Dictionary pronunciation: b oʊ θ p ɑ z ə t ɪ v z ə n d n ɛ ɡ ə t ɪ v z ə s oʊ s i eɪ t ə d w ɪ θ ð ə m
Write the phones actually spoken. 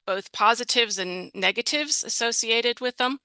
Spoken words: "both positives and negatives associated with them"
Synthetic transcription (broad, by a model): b oʊ θ p ɑ z ə t ɪ v z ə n n ɛ ɡ ə t ɪ v z ə s oʊ s i eɪ t ə d w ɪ ð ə m